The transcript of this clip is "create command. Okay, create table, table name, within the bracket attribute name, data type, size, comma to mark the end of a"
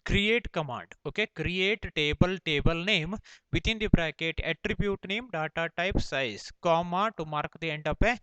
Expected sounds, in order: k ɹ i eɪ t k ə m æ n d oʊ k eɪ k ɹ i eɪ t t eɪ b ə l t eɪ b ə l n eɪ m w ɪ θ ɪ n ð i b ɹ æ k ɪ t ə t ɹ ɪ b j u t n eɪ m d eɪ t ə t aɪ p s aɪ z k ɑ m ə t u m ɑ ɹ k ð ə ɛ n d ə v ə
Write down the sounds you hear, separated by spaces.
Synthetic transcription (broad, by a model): k ɹ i eɪ t k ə m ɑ n d oʊ k eɪ k ɹ i eɪ t t eɪ b ə l t eɪ b ə l n eɪ m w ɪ t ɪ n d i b ɹ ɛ k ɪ t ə t ɹ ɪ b j u t n eɪ m d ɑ t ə t aɪ p s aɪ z k ɑ m ə t u m ɑ ɹ k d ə ɛ n d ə p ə